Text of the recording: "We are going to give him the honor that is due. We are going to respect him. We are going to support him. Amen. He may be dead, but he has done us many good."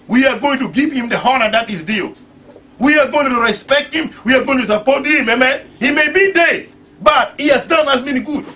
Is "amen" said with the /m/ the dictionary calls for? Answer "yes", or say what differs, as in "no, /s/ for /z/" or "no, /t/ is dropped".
yes